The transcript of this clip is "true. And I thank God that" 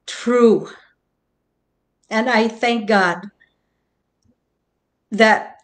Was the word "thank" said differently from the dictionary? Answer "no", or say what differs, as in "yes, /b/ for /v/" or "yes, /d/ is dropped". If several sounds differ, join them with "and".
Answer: no